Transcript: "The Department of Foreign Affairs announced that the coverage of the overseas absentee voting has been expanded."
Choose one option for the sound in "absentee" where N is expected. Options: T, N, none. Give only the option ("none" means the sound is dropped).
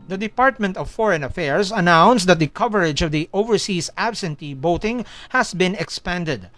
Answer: N